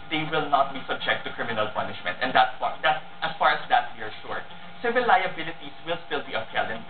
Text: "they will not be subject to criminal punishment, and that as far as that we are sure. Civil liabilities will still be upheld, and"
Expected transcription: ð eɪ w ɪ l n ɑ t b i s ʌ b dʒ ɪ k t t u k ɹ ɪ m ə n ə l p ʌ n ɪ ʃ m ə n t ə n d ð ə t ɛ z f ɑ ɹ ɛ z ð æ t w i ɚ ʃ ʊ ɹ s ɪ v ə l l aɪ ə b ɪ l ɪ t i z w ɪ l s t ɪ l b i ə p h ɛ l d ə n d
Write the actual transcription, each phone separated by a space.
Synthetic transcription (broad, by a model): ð eɪ w ɪ l n ɑ t b i s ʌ b dʒ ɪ k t t u k ɹ ɪ m ə n ə l p ʌ n ɪ ʃ m ə n t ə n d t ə t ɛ s f ɑ ɹ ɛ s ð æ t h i ɚ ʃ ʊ ɹ s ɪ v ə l l aɪ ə b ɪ l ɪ t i s w ɪ l s t ɪ l b i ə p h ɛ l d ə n